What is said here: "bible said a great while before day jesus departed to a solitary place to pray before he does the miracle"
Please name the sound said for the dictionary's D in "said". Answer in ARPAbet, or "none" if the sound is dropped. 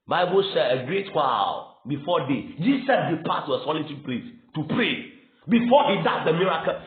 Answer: none